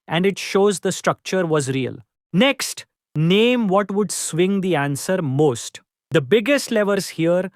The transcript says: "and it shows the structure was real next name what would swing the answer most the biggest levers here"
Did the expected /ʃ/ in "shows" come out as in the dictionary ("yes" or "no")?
yes